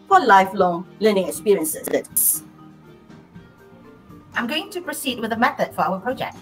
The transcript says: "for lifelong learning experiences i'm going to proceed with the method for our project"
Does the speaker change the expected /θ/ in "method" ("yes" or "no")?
no